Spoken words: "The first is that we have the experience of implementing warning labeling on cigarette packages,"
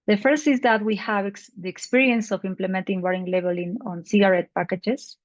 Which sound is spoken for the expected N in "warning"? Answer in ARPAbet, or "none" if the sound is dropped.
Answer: none